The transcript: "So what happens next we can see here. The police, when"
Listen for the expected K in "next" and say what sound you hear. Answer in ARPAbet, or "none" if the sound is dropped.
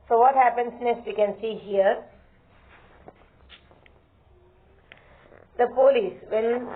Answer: none